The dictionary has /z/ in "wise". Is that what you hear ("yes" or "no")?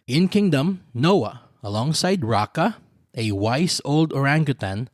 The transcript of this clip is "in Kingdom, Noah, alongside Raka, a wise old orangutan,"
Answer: no